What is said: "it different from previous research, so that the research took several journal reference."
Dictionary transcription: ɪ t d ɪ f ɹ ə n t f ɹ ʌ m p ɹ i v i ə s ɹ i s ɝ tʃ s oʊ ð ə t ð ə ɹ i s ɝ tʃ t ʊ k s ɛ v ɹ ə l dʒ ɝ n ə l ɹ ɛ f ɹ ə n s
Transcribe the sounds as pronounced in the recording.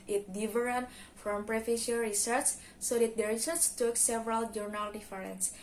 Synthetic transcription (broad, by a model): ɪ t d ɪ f ɹ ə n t f ɹ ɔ m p ɹ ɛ f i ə ɹ i s ɝ tʃ s oʊ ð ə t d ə ɹ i s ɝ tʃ t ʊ k s ɛ v ɹ ə l dʒ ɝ n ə l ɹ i f ɹ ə n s